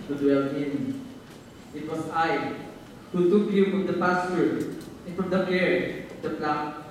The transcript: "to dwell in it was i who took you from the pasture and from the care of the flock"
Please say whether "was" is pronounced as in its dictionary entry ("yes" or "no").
no